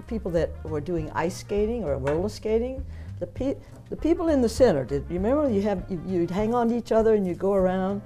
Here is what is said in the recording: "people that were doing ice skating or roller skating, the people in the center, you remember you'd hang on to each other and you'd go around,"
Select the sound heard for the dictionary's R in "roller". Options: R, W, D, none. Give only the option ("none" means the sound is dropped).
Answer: W